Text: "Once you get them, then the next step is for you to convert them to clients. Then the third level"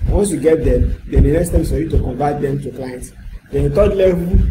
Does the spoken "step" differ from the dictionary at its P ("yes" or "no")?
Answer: yes